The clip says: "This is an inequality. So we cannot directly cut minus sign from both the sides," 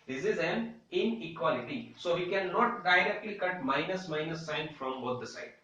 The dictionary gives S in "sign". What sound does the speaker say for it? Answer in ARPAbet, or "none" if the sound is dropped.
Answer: S